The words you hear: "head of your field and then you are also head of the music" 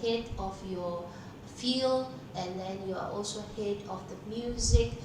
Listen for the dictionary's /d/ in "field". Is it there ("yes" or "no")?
no